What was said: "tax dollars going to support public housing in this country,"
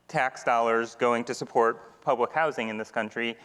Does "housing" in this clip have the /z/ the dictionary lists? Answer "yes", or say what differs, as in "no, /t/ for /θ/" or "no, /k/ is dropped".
yes